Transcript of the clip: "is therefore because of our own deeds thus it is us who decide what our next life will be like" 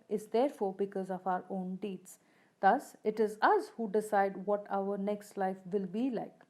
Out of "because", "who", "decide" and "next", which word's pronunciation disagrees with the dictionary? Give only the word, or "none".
none